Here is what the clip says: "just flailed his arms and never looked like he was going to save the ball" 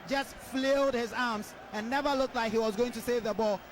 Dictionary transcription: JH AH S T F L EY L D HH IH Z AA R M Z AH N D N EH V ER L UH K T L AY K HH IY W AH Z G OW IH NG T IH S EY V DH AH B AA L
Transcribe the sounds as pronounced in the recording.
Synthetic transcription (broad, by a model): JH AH S T F L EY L D HH IH Z AA R M Z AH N N EH V ER L UH K T L AY K HH IY W AH Z G OW IH NG T IH S EY V DH AH B AA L